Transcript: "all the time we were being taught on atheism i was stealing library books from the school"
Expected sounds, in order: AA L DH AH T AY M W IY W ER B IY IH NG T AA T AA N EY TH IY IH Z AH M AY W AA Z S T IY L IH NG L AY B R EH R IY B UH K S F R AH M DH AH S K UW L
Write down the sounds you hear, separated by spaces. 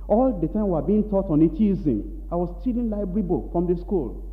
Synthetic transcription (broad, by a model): AA L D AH T AY M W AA B IY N T AA T AA N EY T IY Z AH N AY W AA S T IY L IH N L AY B EH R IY B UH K F R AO M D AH S K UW L